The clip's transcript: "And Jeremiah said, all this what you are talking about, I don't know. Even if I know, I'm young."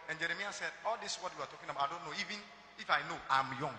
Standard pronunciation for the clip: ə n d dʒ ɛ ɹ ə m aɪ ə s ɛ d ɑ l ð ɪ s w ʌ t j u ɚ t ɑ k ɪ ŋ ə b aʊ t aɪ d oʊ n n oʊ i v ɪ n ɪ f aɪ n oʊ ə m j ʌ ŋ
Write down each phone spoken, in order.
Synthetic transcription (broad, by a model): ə n dʒ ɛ ɹ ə m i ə s ɛ d ɑ l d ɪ s w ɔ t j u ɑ t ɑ k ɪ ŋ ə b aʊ aɪ d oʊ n n oʊ i v ɪ n ɪ f aɪ n oʊ ə m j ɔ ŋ